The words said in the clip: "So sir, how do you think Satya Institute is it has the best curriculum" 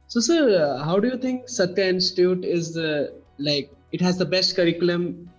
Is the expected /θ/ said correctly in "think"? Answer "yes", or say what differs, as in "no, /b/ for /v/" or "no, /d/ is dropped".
no, /t/ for /θ/